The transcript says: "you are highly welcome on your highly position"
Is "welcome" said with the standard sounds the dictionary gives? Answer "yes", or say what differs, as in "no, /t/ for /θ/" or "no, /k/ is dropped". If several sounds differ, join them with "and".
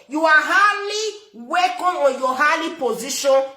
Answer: no, /l/ is dropped